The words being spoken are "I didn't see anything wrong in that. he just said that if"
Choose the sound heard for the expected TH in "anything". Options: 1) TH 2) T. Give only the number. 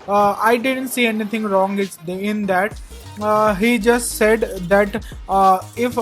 2